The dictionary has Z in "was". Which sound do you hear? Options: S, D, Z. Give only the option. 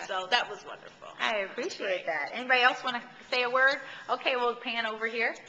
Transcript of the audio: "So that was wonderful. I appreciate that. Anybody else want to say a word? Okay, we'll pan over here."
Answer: Z